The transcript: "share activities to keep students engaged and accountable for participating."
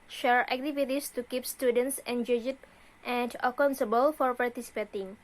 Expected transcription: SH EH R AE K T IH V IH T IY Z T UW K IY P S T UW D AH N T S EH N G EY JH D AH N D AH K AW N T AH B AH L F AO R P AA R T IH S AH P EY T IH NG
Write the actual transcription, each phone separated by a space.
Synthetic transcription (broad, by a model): SH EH R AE K T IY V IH T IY S T UW K IY P S T UW D AH N T S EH N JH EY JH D AH N D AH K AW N S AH B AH L F AO R P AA R T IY S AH P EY T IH NG